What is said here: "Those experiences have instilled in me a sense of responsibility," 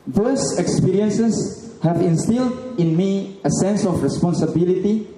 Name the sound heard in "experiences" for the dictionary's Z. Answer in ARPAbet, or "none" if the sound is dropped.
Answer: S